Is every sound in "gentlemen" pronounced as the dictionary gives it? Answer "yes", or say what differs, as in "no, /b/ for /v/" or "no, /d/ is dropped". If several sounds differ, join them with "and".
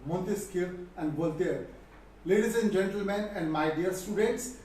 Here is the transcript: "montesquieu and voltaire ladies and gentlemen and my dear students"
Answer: yes